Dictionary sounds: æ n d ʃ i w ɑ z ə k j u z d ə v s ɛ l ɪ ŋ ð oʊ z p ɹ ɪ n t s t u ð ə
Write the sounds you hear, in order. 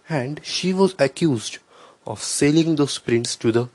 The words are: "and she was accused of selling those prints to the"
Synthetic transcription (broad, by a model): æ n d ʃ i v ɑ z ə k j u z d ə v s ɛ l ɪ ŋ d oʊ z p ɹ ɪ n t s t u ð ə